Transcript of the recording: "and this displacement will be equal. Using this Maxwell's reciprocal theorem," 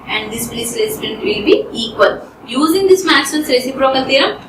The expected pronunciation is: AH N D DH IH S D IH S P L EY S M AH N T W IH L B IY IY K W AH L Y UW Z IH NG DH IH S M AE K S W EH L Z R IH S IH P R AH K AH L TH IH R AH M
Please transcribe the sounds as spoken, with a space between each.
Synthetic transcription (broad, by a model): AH N D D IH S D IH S L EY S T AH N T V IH L B IY IY K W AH L Y UW Z IH NG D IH S M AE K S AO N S R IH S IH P R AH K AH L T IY R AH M